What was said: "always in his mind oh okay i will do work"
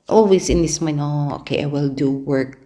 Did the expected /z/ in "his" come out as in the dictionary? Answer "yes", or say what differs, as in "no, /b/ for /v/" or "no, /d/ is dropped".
no, /s/ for /z/